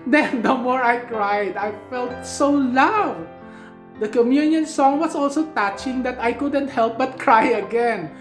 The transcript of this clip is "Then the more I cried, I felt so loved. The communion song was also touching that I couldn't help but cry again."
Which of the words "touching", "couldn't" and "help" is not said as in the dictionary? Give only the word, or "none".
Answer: none